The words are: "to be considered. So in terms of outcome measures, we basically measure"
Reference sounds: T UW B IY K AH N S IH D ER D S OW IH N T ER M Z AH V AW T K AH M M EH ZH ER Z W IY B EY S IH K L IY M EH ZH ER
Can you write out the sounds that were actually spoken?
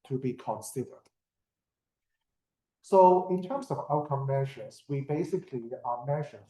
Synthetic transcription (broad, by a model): T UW B IY K AH N S IH D ER D S OW IH N T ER M S AH V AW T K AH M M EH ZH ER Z W IY B EY S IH K L IY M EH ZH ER